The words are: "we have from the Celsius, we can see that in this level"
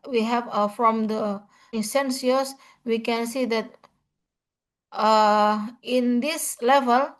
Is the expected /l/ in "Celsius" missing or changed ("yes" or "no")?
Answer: yes